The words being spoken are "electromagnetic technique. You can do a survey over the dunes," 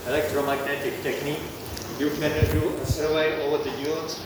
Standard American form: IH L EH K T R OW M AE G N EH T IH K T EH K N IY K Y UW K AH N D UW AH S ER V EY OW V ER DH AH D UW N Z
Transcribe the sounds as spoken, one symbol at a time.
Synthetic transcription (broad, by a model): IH L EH K T R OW M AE G N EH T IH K T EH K N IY K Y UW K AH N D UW AH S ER W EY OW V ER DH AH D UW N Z